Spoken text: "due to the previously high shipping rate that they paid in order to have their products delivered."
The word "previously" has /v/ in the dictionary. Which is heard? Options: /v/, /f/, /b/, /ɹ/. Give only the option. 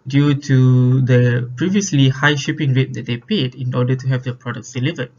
/v/